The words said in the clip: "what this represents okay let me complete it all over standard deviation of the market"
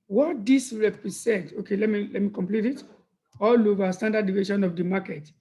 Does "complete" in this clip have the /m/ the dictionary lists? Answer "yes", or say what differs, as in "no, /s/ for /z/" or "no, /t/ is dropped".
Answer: yes